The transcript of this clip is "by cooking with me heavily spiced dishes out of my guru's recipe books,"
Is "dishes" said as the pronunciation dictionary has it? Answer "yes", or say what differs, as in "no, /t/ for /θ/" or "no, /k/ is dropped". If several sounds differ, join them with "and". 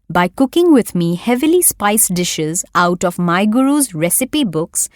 yes